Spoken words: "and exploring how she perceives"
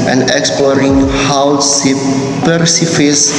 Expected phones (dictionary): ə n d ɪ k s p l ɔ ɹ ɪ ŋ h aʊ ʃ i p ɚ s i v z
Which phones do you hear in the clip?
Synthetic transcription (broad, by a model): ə n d ɪ k s p l ɔ ɹ ɪ ŋ h aʊ s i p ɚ s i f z